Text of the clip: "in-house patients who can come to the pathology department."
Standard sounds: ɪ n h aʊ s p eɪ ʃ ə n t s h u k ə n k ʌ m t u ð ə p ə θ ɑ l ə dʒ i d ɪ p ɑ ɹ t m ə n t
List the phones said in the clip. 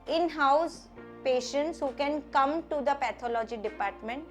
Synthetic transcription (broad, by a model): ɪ n h aʊ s p eɪ ʃ ə n t s h u k ə n k ʌ m t u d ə p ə t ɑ l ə dʒ i d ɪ p ɑ ɹ t m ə n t